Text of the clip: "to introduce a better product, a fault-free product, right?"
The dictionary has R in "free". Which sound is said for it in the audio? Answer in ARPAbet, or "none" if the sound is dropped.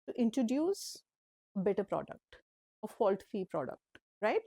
none